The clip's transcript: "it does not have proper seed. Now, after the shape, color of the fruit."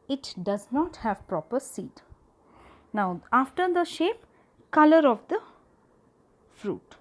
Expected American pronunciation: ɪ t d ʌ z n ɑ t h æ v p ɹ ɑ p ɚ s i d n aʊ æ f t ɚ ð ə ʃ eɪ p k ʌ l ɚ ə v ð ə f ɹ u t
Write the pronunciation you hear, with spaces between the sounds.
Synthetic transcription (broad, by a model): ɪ t d ʌ z n ɑ t h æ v p ɹ ɑ p ɚ s i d n aʊ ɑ f t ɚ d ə ʃ eɪ p k ʌ l ɚ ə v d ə f ɹ u t